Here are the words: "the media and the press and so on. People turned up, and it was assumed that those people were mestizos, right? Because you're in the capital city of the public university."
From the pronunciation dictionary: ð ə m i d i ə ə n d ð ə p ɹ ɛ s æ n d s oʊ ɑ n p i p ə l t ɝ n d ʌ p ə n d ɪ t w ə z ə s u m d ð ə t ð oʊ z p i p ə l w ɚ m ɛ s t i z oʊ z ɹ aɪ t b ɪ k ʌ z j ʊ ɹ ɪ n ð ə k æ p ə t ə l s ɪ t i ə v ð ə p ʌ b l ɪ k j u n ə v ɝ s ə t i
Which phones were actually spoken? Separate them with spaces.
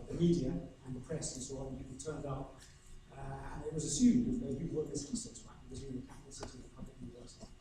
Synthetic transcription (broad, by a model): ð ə m i d i ə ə n ð ə p ɹ ɛ s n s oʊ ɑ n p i ə t ɝ n d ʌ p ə n ɪ t w ə z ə s u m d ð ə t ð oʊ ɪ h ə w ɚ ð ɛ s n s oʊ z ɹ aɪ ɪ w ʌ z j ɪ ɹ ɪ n ð ə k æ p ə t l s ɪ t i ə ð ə p ʌ b l ɪ k j u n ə v ɝ s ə t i